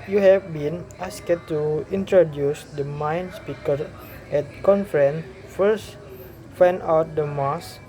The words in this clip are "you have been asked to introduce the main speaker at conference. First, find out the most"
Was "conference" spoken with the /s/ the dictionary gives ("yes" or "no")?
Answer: no